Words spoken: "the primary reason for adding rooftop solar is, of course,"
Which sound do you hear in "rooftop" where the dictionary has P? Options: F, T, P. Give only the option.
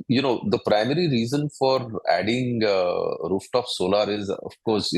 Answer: F